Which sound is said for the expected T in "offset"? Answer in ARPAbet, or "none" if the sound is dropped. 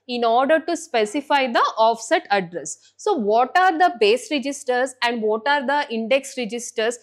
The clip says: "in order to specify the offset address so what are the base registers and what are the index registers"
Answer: T